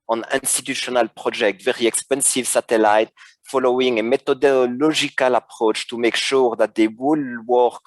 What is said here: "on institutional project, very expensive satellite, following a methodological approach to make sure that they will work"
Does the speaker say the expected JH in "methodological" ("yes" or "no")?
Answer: no